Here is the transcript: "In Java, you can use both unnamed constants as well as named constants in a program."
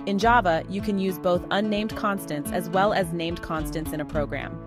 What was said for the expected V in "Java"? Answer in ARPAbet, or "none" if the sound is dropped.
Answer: V